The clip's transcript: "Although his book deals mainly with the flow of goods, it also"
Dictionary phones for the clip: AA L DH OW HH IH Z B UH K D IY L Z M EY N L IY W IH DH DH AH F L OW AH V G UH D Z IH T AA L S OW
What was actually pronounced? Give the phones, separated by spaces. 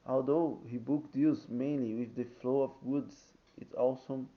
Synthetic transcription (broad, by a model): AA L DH OW HH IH B UH K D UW Z M EY N L IY W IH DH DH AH F L OW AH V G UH D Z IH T AA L S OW